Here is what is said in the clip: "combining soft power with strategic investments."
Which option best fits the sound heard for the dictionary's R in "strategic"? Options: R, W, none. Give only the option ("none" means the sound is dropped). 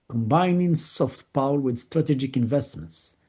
R